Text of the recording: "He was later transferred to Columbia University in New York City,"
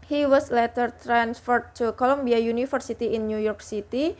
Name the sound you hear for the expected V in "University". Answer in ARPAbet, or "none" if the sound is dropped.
F